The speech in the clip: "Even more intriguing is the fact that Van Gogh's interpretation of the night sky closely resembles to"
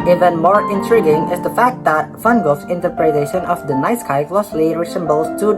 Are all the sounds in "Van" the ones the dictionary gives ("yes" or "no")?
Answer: no